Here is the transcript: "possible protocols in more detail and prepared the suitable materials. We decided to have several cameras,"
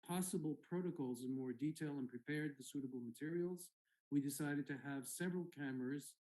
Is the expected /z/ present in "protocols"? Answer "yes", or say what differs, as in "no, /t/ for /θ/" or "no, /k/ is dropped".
yes